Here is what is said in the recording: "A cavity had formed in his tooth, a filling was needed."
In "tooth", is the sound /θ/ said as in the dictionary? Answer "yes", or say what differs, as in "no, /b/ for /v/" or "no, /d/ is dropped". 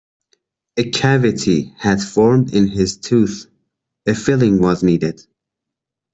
yes